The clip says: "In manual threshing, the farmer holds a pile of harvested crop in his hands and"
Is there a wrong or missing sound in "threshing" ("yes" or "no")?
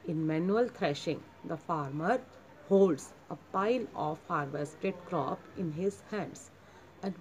yes